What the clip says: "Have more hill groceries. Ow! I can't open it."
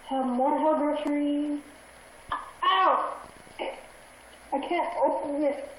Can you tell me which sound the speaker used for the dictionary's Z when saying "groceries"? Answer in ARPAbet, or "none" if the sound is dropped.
none